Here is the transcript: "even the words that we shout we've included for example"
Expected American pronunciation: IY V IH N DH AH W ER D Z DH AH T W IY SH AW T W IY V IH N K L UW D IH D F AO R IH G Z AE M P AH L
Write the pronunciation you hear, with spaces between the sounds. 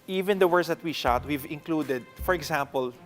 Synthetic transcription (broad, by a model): IY V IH N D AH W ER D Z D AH T W IY SH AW T W IY V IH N K L UW D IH D F AO R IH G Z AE M P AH L